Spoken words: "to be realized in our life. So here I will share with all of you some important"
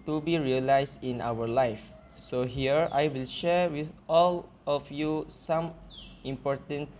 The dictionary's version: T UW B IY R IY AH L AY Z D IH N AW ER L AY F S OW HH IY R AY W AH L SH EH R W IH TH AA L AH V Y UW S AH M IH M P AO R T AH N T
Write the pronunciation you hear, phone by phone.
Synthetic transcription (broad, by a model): T UW B IY R IY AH L AY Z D IH N AW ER L AY F S OW HH IY R AY W AH L SH EH R W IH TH AA L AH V Y UW S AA M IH M P AO R T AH N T